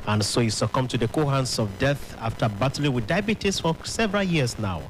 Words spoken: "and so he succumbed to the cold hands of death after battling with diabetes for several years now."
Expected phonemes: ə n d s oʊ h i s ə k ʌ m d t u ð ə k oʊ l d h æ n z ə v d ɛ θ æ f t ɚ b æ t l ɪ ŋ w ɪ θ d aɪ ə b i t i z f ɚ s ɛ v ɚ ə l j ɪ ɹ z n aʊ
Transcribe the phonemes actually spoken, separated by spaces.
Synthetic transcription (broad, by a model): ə n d s oʊ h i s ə k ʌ m t u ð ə k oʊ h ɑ n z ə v d ɛ θ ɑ f t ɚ b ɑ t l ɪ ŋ w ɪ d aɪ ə b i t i s f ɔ s ɛ v ɚ ə l j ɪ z n aʊ